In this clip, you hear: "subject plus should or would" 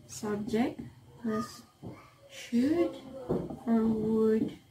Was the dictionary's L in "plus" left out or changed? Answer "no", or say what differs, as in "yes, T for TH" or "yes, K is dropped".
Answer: yes, L is dropped